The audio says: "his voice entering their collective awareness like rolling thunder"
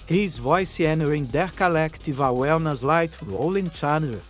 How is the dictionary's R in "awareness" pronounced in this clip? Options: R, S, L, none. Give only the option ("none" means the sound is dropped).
L